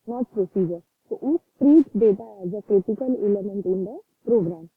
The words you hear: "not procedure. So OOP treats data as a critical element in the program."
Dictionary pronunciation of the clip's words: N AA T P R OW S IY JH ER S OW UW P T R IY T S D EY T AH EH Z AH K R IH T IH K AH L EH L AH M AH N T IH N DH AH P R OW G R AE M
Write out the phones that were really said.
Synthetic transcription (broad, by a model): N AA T P R OW S IY JH ER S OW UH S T R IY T D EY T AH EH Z AH K R IH T IH K AH L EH L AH M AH N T IH N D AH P R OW G R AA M